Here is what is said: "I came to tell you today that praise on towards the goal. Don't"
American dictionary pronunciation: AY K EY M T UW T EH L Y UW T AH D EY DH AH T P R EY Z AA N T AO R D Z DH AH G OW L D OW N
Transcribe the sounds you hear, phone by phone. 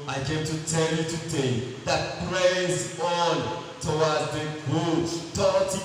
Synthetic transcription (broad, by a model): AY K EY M T UW T EH L Y UW T AH D EY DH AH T P R EY Z AA N T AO W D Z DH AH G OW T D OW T